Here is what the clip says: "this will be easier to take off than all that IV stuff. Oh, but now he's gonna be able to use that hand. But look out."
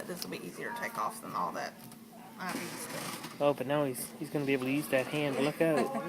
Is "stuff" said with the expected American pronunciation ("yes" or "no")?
no